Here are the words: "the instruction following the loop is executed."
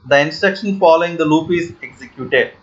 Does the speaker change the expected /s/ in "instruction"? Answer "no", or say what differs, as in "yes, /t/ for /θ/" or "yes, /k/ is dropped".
no